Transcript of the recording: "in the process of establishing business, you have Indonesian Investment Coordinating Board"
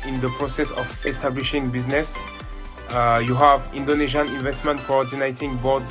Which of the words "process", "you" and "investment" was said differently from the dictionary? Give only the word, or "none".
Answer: none